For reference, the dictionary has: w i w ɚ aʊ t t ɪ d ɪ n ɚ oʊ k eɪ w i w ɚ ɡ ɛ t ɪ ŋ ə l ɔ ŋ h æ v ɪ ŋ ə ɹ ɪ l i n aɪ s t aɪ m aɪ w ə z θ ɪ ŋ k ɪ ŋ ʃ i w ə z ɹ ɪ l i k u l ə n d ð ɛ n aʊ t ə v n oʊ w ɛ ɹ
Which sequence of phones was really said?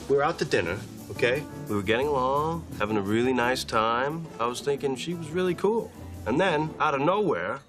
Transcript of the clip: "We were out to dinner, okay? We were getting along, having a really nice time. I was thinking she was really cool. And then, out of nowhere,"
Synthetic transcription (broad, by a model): w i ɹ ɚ aʊ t t ɪ d ɪ n ɚ oʊ k eɪ w i w ɚ ɡ ɛ t ɪ ŋ ə l ɔ ŋ h æ v ɪ ŋ ə ɹ ɪ l i n aɪ s t aɪ m aɪ w ə z θ ɪ ŋ k ɪ ŋ ʃ i w ə z ɹ ɪ l i k u l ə n ð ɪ n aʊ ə n oʊ w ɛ ɹ